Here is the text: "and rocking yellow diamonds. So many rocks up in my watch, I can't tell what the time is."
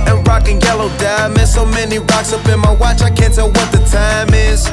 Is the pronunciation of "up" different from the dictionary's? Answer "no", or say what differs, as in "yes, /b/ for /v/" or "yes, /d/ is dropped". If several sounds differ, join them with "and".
yes, /b/ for /p/